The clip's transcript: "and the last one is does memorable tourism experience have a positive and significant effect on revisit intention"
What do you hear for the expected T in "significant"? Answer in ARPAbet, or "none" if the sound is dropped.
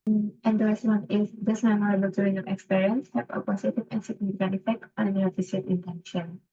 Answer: none